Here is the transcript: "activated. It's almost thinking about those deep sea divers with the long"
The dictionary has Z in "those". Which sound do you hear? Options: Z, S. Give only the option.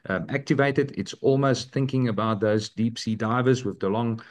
Z